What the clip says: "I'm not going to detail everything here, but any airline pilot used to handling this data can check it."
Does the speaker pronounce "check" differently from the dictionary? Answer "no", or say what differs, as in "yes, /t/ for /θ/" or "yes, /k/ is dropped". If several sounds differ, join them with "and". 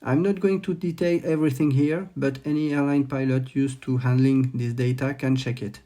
no